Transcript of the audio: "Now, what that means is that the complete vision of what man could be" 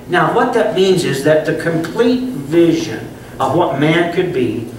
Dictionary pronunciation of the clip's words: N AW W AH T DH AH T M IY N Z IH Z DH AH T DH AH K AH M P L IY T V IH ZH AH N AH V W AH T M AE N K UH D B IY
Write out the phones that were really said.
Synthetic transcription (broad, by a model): N AW W AH T DH AH T M IY N Z IH Z DH AH T DH AH K AH M P L IY T V IH ZH AH N AH V W AH T M AE N K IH D B IY